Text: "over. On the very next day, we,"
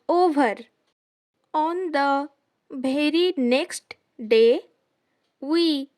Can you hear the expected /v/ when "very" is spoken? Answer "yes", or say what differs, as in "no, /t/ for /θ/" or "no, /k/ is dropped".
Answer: no, /b/ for /v/